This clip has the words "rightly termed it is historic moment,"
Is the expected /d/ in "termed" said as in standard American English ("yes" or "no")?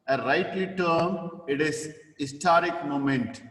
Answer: no